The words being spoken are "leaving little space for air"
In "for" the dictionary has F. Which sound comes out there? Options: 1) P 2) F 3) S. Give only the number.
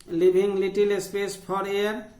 1